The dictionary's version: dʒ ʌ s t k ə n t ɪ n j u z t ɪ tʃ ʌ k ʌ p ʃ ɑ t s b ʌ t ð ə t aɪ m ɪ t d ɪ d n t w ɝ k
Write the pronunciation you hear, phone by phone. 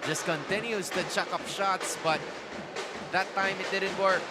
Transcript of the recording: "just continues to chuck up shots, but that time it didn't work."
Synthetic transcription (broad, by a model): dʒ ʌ s t k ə n t ɪ n j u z t ɪ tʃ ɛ k ʌ p ʃ ɑ t s b ʌ t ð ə t aɪ m ɪ t d ɪ d n t w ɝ k